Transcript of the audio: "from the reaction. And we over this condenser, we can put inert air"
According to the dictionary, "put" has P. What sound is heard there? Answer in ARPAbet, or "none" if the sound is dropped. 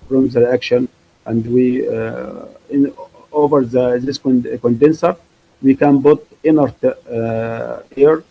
B